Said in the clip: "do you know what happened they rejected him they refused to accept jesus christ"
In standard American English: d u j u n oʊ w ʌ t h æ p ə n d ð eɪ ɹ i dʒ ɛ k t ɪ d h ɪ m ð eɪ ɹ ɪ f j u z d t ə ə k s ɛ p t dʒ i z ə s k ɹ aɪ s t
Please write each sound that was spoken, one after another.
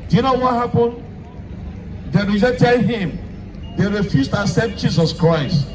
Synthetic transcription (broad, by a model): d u j u n oʊ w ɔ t h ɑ p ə n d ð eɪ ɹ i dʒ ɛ t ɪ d h ɪ m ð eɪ ɹ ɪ f j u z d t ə s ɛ t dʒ i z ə s k ɹ aɪ s t